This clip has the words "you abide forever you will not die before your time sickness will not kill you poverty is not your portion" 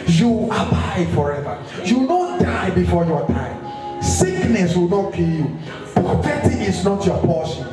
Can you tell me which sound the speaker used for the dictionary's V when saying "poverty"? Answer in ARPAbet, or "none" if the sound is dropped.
F